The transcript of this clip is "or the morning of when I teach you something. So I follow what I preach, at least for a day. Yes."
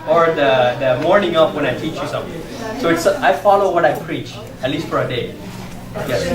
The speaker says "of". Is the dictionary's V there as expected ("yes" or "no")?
no